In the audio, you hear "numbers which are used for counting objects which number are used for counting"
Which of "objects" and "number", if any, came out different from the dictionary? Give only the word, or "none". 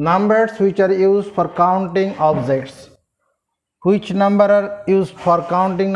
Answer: objects